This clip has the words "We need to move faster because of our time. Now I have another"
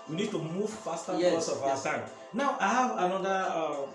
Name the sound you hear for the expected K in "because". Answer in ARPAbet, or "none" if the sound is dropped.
none